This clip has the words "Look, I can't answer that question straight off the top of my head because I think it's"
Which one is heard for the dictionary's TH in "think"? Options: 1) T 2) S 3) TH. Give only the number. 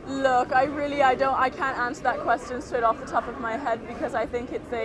3